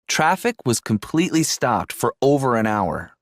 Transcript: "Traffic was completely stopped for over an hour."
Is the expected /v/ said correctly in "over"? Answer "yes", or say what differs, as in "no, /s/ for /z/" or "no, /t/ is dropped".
yes